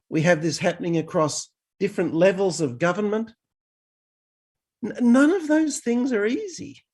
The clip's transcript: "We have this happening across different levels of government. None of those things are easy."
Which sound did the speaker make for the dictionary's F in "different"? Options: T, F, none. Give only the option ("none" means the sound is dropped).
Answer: F